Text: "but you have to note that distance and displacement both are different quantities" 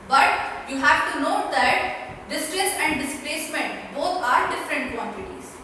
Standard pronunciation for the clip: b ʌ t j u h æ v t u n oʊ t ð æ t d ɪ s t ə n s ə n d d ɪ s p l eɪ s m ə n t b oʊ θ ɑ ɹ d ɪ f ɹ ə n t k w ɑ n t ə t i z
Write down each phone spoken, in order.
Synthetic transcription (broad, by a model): b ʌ t j u h æ v t u n oʊ t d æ t d ɪ s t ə s ə n d d ɪ s p l eɪ s m ə n t b oʊ t ɑ ɹ d ɪ f ɹ ə n t k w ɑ n t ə t i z